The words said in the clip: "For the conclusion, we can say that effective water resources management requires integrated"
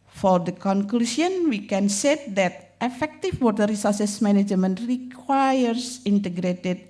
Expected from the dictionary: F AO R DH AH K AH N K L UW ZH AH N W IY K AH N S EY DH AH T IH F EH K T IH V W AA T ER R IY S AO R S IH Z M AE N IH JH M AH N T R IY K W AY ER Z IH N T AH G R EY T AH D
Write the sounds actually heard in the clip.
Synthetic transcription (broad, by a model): F AO R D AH K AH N K L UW S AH N W IY K AH N S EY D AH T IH F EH K T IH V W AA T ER R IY S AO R S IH S M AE N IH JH M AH N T R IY K W AY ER S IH N T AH G R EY T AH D